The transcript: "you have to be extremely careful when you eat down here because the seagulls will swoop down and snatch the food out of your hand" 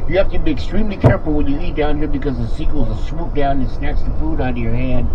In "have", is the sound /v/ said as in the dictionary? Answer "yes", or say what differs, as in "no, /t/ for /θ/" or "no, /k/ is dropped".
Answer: no, /f/ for /v/